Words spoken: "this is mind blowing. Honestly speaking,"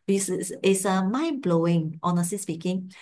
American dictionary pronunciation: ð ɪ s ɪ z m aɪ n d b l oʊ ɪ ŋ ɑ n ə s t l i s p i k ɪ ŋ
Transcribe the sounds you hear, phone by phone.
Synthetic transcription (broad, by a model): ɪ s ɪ s m aɪ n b l oʊ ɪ ŋ ɑ n ə s t l i s p i k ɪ ŋ